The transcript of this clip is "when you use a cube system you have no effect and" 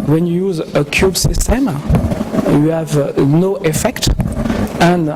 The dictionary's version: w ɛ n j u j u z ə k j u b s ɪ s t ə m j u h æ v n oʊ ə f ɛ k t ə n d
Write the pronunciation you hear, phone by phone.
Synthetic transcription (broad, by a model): w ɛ n j u j u z ə k j u b s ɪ s t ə m j u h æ v n oʊ ə f ɛ k t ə n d